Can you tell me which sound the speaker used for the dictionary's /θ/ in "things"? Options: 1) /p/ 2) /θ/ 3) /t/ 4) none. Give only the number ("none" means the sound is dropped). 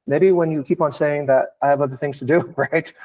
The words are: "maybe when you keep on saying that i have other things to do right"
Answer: 2